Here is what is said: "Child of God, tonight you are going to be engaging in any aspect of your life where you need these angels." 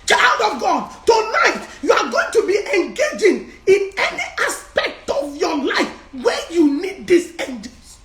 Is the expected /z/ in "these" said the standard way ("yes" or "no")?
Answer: no